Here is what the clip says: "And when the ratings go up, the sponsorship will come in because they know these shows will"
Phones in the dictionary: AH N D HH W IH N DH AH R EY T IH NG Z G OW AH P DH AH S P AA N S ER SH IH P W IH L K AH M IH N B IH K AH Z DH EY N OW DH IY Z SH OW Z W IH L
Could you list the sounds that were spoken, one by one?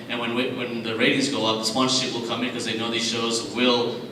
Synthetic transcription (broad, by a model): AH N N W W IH N DH AH R EY T IH NG Z G OW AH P DH AH S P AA N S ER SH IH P W IH L K AH M IH N K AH Z DH EY N OW DH IY Z SH OW Z W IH L